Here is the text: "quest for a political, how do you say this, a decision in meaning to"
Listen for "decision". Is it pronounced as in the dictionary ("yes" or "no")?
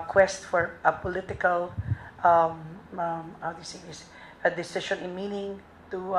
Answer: no